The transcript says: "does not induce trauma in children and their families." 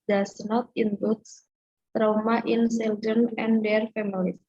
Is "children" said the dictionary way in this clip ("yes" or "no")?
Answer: no